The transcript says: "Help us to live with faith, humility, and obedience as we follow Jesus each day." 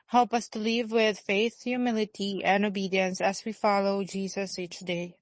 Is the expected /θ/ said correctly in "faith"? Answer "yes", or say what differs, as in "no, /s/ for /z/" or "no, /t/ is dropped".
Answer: yes